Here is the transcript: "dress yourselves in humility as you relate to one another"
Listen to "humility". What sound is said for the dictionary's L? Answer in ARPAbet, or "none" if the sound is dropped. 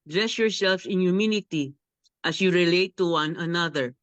N